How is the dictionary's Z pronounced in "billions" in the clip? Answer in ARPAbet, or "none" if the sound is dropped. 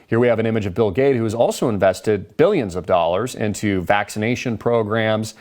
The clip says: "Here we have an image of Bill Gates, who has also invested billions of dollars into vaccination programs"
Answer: Z